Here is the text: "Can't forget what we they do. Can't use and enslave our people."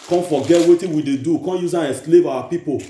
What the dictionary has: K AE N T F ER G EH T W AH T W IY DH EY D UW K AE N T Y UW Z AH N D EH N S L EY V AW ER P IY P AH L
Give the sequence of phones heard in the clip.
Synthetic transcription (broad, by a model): K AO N F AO G EH T W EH T W IY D EY D UW K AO N Y UW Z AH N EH S L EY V AW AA P IY P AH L